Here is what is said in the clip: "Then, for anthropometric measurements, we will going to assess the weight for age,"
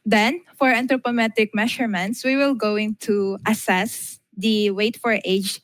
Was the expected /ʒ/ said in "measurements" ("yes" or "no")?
no